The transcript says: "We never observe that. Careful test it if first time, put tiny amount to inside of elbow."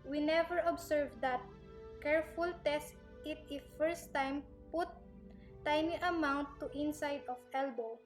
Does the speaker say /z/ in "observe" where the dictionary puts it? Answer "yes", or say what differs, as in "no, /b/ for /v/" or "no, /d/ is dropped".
no, /s/ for /z/